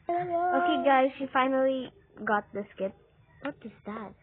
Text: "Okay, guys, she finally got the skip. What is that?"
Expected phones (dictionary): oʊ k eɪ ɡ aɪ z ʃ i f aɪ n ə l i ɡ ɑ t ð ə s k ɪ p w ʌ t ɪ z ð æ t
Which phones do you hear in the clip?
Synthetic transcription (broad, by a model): oʊ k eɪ ɡ aɪ z ʃ i f aɪ n ə l i ɡ ɑ t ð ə s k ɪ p w ʌ t ɪ z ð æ t